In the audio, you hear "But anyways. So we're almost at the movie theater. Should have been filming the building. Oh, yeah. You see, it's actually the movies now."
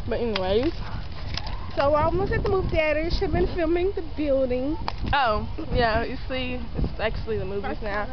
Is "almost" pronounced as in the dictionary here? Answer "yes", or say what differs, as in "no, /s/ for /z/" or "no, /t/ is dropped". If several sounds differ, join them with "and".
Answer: no, /t/ is dropped